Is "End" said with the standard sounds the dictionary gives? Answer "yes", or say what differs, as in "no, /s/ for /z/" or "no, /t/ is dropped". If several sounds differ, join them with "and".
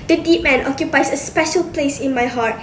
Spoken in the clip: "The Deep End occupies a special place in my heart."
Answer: no, /d/ is dropped